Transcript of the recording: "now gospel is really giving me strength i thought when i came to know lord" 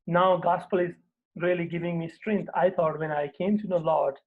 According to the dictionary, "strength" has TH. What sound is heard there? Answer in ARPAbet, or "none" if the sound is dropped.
T